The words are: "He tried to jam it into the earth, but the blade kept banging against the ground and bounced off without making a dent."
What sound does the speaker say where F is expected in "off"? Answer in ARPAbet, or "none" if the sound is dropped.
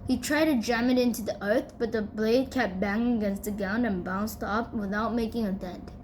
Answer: P